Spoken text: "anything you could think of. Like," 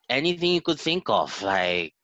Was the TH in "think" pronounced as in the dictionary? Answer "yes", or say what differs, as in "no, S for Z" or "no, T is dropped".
yes